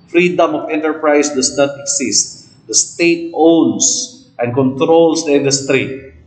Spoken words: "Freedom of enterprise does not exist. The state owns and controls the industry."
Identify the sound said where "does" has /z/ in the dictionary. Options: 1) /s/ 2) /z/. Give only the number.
1